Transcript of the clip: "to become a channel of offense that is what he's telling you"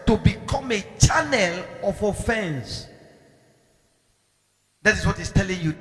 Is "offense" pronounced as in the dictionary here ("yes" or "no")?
yes